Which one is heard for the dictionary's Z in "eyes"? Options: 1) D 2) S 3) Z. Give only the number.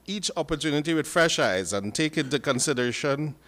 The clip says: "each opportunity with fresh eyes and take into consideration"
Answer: 3